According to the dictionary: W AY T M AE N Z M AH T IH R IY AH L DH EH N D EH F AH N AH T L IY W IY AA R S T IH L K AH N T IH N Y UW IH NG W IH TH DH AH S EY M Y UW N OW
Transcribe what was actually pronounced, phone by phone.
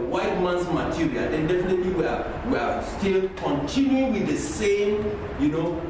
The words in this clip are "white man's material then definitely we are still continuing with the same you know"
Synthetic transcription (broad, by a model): W AY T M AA N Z M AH T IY R IY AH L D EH N D EH F AH N AH T L IY W IY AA W S T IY L K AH N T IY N Y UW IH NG W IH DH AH S EY M Y UW N OW